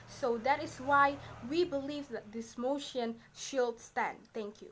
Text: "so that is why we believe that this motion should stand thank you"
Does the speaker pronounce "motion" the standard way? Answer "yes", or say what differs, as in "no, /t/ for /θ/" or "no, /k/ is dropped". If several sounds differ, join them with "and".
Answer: yes